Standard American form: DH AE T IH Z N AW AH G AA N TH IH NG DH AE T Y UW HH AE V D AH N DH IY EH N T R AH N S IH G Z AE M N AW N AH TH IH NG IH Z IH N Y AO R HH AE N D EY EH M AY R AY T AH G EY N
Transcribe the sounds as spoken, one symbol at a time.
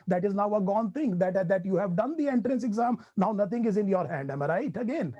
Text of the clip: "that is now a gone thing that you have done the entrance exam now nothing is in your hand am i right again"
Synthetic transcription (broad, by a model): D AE T IH Z N AW AH G AA N T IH NG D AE T Y UW HH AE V D AH N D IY EH N T R AH N S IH G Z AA M N AW N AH T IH NG IH Z IH N Y AO R HH AE N D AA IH M R AY T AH G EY N